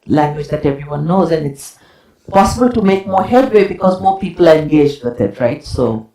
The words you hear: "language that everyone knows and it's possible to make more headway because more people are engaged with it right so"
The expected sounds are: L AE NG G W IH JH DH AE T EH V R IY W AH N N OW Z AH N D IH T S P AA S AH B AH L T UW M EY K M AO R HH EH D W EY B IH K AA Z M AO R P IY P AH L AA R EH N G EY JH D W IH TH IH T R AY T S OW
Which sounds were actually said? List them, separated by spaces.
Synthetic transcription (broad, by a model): L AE NG G W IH JH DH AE T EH V R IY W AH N N OW Z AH N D IH T S P AA S AH B AH L T UW M EY K M AO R HH EH D W EY B IH K AA Z M AO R P IY P AH L AA R EH N G EY JH D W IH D IH T R AY T S OW